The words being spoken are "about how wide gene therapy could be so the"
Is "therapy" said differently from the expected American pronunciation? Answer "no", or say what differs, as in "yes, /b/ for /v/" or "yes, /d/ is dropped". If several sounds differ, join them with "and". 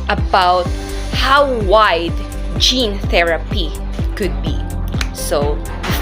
no